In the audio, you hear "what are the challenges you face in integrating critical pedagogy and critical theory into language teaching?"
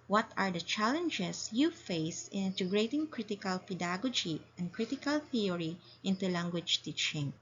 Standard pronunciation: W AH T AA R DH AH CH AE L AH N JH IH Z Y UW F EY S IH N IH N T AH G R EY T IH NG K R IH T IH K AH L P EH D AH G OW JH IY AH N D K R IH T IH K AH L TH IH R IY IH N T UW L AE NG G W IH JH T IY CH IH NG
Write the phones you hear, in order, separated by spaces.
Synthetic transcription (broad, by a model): W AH T AA R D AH CH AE L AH N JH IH S Y UW F EY S IH N IH N T AH G R EY T IH NG K R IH T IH K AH L P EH D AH G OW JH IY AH N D K R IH T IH K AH L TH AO R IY IH N T UW L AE NG G W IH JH T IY CH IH NG